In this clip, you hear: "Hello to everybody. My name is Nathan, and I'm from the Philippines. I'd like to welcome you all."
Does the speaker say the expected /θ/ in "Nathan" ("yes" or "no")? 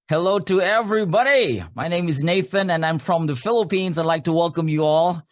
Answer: yes